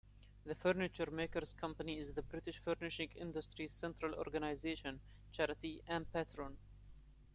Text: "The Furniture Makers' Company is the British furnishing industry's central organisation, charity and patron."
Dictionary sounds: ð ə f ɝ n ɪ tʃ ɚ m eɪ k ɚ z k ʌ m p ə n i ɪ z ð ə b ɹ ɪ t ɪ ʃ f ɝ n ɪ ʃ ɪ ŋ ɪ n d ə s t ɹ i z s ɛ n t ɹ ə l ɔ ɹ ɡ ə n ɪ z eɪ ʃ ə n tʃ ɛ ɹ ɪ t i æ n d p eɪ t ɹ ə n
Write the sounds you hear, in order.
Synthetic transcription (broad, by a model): ð ə f ɝ n ɪ tʃ ɚ m eɪ k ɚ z k ʌ m p ə n i ɪ z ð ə b ɹ ɪ t ɪ ʃ f ɝ n ɪ ʃ ɪ ŋ ɪ n d ə s t ɹ i z s ɛ n t ɹ ə l ɔ ɹ ɡ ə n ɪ z eɪ ʃ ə n tʃ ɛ ɹ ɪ t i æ n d p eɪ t ɹ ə n